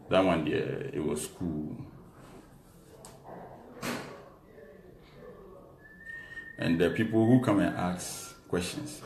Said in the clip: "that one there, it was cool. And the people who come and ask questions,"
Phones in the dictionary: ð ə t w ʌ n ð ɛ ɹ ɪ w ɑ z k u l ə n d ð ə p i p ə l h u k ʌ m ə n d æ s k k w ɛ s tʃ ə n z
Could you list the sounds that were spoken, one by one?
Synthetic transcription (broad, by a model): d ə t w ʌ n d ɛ ɪ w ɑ s k u l ə n d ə p i p ə l h u k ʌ m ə n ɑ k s k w ɛ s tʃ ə n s